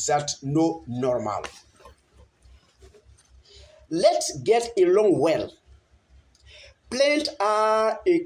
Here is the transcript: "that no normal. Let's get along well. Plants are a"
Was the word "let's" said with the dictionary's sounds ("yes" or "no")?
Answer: yes